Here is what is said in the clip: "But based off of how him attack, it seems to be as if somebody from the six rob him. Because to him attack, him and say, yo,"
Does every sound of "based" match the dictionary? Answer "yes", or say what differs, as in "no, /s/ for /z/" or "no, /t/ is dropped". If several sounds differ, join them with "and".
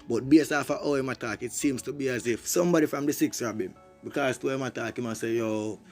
no, /t/ is dropped